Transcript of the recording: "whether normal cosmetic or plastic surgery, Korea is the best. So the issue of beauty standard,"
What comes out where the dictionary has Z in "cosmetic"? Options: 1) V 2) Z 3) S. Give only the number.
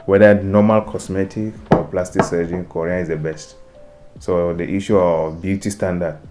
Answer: 3